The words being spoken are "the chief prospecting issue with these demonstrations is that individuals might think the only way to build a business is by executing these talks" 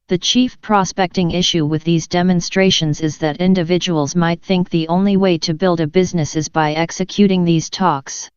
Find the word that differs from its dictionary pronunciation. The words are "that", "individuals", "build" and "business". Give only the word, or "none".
none